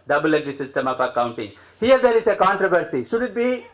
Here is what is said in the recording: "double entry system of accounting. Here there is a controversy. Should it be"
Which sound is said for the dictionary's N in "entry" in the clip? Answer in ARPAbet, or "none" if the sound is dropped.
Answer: none